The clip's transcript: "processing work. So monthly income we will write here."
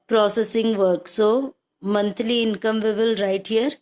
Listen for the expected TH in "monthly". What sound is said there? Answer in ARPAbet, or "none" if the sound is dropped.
T